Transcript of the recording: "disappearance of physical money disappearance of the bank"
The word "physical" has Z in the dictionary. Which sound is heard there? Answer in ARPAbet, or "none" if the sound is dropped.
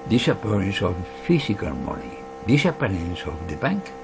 S